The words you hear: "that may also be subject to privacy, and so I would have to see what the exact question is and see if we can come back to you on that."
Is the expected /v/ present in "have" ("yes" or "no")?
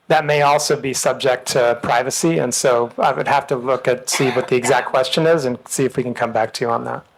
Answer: no